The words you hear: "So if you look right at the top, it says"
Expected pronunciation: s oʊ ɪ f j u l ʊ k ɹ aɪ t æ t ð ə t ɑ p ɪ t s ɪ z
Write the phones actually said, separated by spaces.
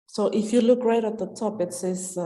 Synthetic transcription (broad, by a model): s oʊ ɪ f j u l ʊ k ɹ aɪ t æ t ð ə t ɑ p ɪ t s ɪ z